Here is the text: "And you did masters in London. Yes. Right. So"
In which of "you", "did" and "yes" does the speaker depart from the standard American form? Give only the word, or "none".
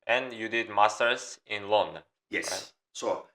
yes